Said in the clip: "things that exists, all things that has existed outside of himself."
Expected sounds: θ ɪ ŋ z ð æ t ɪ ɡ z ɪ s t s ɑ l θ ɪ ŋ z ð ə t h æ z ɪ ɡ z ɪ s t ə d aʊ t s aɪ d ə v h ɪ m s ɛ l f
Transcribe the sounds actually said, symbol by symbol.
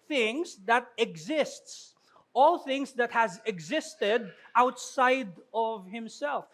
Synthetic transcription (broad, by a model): θ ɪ ŋ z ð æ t ɪ ɡ z ɪ s t s ɑ l θ ɪ ŋ z ð ə t h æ z ɪ ɡ z ɪ s t ə d aʊ t s aɪ d ə v h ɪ m s ɛ l f